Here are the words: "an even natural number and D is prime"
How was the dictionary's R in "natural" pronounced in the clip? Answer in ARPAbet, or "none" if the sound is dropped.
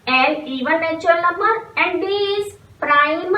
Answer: none